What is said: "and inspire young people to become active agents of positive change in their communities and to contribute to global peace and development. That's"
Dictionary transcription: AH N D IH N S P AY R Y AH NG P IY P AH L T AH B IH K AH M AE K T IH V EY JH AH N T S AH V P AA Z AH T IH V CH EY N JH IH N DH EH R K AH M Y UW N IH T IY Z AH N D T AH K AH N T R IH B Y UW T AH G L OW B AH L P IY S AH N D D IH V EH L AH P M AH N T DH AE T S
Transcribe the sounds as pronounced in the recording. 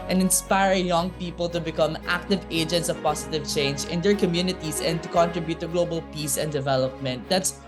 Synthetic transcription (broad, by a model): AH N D IH N S P AY R Y AH NG P IY P AH L T AH B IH K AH M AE K T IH V EY JH AH N T S AH V P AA S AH T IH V CH EY N JH IH N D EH R K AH M Y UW N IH T IY S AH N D T AH K AH N T R IH B Y UW T AH G L OW B AH L P IY S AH N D D IH V EH L AH P M AH N T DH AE T S